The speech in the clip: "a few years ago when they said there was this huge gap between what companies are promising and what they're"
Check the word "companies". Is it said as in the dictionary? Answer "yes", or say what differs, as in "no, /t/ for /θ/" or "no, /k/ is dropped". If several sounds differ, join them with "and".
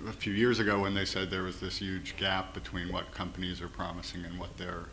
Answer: yes